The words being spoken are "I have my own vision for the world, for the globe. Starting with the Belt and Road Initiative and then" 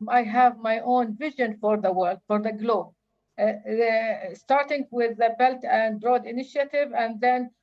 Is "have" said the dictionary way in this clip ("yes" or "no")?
yes